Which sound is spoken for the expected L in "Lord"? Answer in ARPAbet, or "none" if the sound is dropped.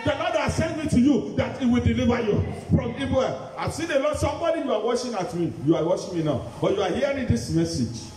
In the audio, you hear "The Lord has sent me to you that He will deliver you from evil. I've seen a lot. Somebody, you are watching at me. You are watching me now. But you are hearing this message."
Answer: N